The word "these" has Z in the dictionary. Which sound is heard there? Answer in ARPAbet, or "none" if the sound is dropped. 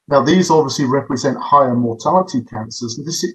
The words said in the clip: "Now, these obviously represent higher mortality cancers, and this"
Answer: Z